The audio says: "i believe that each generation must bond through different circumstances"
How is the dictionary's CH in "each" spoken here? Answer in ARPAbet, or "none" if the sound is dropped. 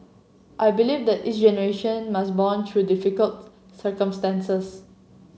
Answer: S